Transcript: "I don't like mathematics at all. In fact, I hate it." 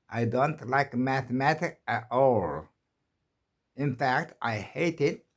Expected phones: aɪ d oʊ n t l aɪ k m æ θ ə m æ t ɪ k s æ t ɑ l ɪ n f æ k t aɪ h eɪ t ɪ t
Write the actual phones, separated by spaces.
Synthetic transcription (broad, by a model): aɪ d oʊ n t l aɪ k m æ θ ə m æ t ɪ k æ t ɑ l ɪ n f æ k t aɪ h eɪ t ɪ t